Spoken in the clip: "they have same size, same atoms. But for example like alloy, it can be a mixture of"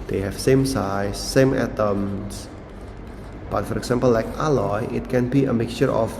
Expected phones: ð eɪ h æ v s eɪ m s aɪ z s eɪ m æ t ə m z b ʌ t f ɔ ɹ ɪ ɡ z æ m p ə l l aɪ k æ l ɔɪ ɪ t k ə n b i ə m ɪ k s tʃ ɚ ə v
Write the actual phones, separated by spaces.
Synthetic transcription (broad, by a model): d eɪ h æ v s eɪ m s aɪ s eɪ m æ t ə m s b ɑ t f ɔ ɹ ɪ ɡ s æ m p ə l l aɪ k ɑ l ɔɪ ɪ t k ə n b i ə m ɪ k s tʃ ɚ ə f